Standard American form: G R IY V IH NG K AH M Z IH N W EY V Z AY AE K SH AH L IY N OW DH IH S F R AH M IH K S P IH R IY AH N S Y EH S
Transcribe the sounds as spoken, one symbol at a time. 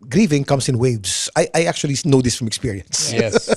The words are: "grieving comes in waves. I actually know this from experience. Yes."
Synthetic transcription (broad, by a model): G R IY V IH NG K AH M S IH N W EY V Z AY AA K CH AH L IY N OW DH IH S F R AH M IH K S P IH R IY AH N S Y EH